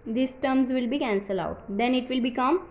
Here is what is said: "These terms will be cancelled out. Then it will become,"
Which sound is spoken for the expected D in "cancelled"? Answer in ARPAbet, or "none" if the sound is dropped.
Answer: none